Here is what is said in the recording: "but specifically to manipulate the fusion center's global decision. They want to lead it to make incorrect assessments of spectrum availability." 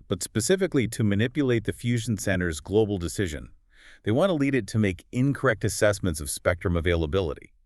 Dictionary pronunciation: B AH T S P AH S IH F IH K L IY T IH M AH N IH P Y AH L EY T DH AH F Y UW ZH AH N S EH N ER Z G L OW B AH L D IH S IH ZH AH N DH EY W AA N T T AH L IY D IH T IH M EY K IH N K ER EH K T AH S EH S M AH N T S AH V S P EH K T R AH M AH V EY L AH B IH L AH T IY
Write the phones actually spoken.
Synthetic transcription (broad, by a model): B AH T S P AH S IH F IH K L IY T IH M AH N IH P Y AH L EY T DH AH F Y UW ZH N S EH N ER Z G L OW B L D IH S IH ZH AH N DH EY W AA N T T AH L IY D IH T IH M EY K IH N K ER EH K T AH S EH S M AH N T S AH V S P EH K T R AH M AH V EY L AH B IH L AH T IY